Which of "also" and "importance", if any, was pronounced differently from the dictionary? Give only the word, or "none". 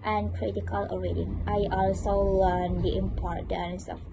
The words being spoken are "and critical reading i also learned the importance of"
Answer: none